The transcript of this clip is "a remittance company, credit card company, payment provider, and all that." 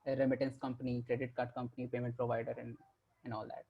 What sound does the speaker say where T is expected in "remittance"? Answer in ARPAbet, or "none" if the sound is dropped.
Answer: T